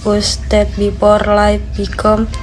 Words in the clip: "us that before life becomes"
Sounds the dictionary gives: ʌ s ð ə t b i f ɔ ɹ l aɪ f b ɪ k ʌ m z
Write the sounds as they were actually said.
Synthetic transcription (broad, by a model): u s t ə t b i p ɔ ɹ l aɪ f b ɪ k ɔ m